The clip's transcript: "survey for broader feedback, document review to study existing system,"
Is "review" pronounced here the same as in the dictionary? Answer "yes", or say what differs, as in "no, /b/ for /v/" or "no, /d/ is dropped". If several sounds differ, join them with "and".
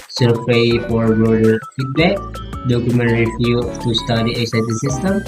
no, /f/ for /v/